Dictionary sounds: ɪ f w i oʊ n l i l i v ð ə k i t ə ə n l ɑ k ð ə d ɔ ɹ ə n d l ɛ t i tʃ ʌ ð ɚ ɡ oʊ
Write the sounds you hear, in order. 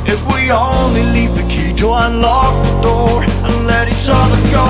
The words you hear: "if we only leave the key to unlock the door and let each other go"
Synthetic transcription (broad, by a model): ɪ f w i oʊ n l i l i v ð ə k i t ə ə n l ɑ k ð ə d ɔ ɹ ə n l ɛ t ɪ s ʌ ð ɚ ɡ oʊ